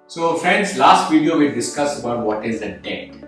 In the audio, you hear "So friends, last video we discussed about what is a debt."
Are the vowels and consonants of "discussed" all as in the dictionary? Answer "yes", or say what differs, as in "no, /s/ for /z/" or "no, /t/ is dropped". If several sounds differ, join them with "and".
no, /t/ is dropped